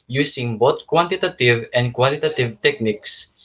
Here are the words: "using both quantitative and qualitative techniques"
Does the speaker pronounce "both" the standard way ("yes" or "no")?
no